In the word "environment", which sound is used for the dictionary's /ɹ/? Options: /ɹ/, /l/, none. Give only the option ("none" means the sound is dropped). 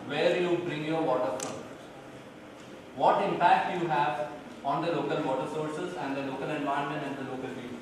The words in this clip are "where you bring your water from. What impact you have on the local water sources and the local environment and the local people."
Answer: none